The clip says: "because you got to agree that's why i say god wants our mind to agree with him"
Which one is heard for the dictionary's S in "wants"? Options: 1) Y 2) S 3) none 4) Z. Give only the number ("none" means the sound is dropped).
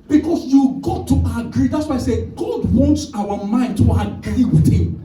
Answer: 2